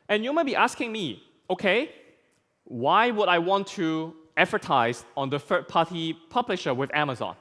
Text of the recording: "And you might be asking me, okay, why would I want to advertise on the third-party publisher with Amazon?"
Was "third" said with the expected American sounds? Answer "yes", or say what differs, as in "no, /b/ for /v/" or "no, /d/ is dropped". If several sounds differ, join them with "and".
no, /f/ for /θ/